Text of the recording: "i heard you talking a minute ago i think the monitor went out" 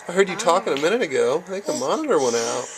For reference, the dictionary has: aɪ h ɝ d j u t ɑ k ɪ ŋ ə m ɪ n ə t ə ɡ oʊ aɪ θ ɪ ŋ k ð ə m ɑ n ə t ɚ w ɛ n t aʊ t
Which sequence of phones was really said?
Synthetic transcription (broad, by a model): aɪ h ɝ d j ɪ t ɑ k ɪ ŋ ə m ɪ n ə t ə ɡ oʊ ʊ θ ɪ k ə m ɑ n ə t ɚ w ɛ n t aʊ t